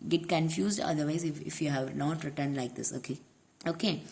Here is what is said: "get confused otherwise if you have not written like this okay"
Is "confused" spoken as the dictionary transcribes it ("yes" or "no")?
yes